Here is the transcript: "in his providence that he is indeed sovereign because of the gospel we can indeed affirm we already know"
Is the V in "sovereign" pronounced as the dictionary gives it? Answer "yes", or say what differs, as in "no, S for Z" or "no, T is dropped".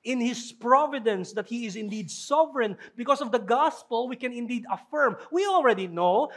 yes